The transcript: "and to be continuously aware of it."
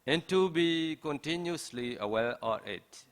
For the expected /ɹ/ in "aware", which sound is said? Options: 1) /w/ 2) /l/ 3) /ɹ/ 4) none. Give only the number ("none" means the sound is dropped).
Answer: 2